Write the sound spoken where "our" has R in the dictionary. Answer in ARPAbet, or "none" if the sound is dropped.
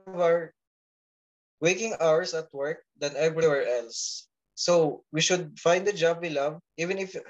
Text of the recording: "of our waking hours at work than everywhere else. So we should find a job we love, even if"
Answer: R